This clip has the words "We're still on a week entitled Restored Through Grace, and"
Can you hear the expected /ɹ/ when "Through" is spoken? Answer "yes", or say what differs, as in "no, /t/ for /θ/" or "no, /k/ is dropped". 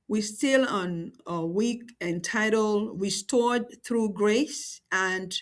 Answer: yes